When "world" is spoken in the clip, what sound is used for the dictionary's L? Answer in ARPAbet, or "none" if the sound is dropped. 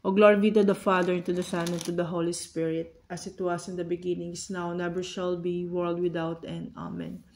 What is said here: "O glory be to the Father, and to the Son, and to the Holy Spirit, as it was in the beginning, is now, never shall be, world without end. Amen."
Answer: L